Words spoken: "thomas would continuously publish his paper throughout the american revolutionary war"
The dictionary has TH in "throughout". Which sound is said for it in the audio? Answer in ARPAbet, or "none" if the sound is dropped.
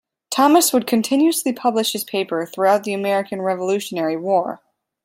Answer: TH